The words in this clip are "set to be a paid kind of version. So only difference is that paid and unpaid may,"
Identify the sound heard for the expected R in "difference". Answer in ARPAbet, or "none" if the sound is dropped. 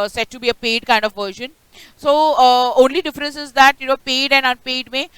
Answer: R